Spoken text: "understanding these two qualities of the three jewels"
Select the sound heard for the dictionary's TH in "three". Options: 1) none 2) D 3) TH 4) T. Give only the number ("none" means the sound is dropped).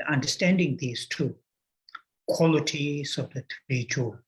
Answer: 4